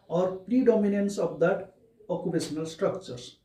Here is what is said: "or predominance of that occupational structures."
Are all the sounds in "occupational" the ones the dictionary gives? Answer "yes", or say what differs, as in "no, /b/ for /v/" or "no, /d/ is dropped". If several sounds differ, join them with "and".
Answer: no, /s/ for /ʃ/